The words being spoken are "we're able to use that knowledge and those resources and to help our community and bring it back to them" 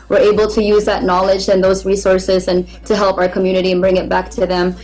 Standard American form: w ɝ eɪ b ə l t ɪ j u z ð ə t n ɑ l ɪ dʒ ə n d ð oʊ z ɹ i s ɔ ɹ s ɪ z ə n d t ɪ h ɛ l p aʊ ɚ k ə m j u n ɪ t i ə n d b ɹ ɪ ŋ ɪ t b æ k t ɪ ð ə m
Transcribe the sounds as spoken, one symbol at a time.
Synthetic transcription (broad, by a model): w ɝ eɪ b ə l t ɪ j u z ð ə t n ɑ l ɪ dʒ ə n ð oʊ z ɹ i s ɔ ɹ s ɪ z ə n t ɪ h ɛ l p aʊ ɚ k ə m j u n ɪ t i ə n b ɹ ɪ ŋ ɪ t b æ k t ɪ ð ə m